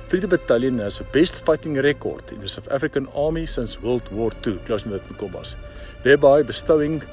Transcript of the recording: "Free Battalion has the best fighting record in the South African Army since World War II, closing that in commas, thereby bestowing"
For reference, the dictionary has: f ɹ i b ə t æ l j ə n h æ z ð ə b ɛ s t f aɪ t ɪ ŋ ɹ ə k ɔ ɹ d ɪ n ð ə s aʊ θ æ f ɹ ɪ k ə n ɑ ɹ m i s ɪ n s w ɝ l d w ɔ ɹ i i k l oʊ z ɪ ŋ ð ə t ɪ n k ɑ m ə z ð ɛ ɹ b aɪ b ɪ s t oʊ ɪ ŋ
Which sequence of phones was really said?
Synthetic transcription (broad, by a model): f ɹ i b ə t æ l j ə n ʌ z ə b ɛ s t f aɪ t ɪ ŋ ɹ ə k ɔ ɹ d ɪ n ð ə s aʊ f æ f ɹ ɪ k ə n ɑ m i s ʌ n s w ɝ l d w ɔ ɹ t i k l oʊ s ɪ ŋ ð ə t ɪ n k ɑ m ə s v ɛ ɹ b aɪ b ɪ s t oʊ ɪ ŋ